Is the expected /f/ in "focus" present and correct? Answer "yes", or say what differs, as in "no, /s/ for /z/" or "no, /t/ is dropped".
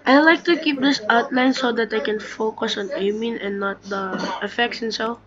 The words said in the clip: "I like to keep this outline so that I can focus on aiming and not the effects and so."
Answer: yes